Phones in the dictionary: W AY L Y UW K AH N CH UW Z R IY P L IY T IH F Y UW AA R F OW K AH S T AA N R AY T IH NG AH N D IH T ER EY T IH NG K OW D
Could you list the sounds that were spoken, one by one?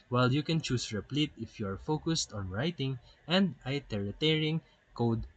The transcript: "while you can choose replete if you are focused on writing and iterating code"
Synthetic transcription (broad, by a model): W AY L Y UW K AH N CH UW S R IY P L IY T IH F Y UW AA R F OW K AH S T AA N R AY T IH NG AH N D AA T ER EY T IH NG K OW D